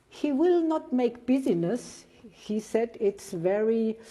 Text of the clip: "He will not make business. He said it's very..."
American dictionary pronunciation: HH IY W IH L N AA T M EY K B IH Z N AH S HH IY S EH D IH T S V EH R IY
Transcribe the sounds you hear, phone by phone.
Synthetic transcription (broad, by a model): HH IY W IH L N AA T M EY K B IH Z N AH S HH IY S EH D IH T S V EH R IY